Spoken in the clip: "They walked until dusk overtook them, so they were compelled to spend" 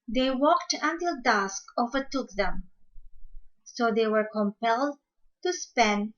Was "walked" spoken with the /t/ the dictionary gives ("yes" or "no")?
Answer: yes